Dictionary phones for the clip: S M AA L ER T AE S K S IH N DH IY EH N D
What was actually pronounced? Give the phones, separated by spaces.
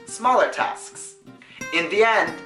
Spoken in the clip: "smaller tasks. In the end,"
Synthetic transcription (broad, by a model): S M AA L ER T AE S K S IH N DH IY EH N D